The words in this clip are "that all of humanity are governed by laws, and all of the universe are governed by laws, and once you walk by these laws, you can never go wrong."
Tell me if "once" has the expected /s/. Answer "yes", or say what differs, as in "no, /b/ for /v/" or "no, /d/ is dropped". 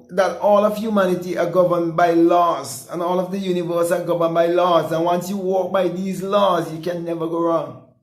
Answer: yes